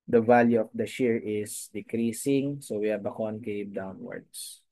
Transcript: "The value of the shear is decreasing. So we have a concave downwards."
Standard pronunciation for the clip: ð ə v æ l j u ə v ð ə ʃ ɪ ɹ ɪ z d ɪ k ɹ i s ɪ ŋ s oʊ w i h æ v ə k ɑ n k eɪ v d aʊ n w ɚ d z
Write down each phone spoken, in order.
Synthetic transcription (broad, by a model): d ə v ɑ l j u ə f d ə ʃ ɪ ɹ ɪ s d ɪ k ɹ i s ɪ ŋ s oʊ w i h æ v ə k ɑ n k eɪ p d aʊ n w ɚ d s